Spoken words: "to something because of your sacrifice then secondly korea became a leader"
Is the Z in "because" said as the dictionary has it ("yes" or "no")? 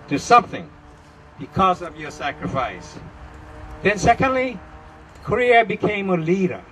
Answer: yes